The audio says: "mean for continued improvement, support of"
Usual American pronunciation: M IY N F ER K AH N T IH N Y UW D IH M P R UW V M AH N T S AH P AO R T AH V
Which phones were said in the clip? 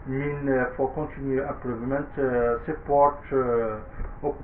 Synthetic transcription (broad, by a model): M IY N F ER K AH N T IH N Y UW IH P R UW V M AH N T S AH P AO R T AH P